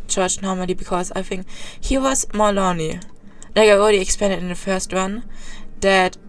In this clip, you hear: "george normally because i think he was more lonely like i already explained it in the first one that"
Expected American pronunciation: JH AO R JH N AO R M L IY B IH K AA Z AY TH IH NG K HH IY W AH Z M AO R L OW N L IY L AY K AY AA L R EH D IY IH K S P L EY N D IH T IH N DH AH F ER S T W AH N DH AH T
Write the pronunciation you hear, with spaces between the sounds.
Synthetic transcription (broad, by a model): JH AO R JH N AO R M L IY B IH K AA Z AY TH IH NG K HH IY W AH Z M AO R L OW N L IY L AY K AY AA L R EH D IY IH K S P EY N D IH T IH N DH AH F ER S T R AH N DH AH T